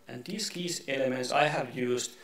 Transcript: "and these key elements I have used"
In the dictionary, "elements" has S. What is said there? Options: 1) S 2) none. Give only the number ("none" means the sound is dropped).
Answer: 1